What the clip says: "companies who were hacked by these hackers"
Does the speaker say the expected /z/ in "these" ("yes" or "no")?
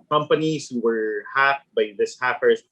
no